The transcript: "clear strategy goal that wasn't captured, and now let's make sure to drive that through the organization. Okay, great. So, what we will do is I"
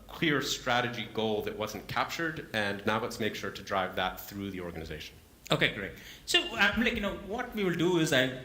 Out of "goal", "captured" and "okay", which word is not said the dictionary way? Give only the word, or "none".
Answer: none